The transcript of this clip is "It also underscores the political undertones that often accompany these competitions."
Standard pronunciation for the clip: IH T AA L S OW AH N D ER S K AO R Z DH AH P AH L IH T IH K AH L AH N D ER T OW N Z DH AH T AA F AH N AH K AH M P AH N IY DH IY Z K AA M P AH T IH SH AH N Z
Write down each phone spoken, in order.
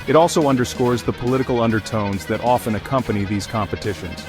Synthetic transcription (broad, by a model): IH T AA L S OW AH N D ER S K AO R Z DH AH P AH L IH T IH K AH L AH N D ER T OW N Z DH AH T AA F AH N AH K AH M P AH N IY DH IY Z K AA M P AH T IH SH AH N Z